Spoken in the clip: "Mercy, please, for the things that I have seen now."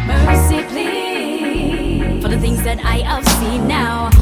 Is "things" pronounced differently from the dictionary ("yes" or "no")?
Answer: no